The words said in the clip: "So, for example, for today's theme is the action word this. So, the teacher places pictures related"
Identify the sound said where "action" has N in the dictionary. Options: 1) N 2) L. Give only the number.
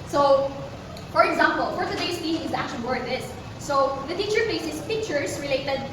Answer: 2